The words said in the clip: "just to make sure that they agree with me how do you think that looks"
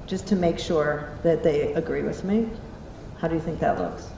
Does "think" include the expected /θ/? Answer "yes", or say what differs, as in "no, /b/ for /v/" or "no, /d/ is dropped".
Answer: yes